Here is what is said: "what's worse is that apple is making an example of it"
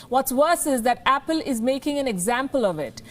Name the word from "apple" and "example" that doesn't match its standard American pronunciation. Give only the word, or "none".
none